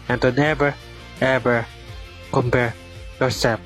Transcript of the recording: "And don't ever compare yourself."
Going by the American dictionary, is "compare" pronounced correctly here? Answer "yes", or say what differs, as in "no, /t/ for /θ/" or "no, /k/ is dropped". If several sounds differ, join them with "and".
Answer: yes